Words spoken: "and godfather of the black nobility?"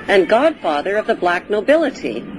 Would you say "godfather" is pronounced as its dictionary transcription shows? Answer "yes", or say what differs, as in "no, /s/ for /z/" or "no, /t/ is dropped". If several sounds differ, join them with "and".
yes